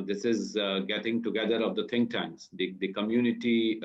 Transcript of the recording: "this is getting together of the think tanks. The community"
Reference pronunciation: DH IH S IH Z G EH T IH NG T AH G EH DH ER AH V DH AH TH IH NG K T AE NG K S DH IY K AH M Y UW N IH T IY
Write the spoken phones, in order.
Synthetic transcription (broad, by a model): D IH S IH Z G EH T IH NG T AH G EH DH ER AH V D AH T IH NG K T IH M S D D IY K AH M Y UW N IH T IY